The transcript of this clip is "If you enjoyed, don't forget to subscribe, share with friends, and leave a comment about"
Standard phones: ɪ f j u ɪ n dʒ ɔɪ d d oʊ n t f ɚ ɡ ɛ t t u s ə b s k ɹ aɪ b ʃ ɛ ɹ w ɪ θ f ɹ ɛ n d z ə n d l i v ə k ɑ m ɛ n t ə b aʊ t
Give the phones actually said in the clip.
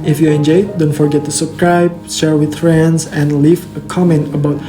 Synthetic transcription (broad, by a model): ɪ f j u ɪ n dʒ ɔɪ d d oʊ n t f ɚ ɡ ɛ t t u s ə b s k ɹ aɪ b ʃ ɛ ɹ w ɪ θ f ɹ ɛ n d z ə n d l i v ə k ɑ m ɛ n t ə b aʊ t